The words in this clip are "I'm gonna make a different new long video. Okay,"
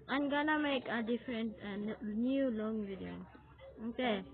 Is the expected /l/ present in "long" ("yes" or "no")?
yes